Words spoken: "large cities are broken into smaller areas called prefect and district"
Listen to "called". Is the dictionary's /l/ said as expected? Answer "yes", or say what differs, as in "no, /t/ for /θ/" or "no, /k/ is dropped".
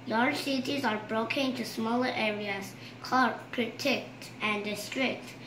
no, /l/ is dropped